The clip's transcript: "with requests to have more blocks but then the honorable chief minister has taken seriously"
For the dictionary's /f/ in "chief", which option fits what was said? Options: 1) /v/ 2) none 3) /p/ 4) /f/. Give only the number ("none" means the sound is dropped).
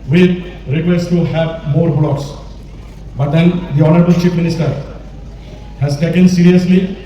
3